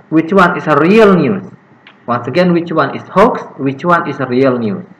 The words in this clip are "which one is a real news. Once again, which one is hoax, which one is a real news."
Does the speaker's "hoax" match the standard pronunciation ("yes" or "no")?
yes